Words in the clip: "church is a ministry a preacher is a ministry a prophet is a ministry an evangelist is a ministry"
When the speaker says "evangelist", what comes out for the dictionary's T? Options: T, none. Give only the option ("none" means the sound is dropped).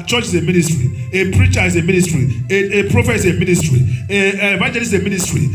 none